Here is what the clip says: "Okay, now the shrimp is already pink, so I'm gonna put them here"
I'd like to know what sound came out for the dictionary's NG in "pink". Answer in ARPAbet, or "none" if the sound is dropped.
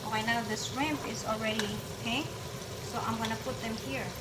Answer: none